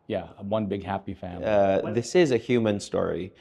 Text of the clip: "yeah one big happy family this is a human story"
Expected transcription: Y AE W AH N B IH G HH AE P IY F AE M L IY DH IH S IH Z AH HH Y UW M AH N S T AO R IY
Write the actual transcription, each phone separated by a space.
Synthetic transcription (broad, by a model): Y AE W AH N B IH G HH AE P IY F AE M IY DH IH S IH Z AH HH Y UW M AH N S T AO R IY